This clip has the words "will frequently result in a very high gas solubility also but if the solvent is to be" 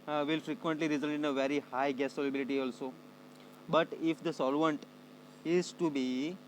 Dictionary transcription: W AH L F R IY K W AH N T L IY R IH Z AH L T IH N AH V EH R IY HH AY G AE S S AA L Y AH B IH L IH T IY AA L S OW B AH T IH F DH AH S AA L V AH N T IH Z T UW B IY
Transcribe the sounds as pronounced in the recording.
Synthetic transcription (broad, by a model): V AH L F R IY K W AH N T L IY R IH Z AH L T IH N AH V EH R IY HH AY G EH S S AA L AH B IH L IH T IY AA L S OW B AH T IH F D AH S AA L V AH N T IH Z T UW B IY